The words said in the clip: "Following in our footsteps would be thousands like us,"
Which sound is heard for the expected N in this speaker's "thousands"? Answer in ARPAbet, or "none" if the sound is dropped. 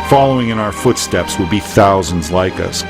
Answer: N